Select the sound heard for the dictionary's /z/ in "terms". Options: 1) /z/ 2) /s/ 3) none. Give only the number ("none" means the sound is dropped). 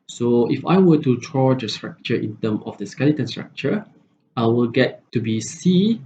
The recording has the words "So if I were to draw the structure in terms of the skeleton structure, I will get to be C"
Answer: 3